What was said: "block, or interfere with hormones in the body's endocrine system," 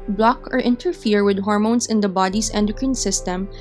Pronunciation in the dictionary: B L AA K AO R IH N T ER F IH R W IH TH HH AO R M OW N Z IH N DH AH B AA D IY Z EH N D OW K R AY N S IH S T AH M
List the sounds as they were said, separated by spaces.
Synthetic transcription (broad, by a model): B L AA K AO R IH N T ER F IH R W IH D HH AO R M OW N S IH N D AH B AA D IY S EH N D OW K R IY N S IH S T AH M